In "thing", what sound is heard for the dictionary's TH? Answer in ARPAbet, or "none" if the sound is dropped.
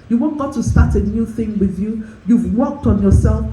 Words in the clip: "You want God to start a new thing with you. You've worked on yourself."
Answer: TH